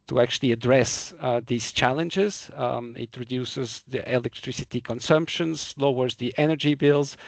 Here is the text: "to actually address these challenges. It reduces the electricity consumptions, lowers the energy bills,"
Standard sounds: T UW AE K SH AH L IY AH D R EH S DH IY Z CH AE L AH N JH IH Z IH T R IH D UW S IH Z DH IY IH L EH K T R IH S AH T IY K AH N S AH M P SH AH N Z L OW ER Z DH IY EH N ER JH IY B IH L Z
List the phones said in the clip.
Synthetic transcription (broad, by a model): T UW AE K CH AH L IY AH D R EH S DH IY Z CH AE L AH N JH IH Z IH T R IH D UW S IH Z DH IY IH L EH K T R IH S AH T IY K AH N S AH M P SH AH N Z L OW ER Z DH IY EH N ER JH IY B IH L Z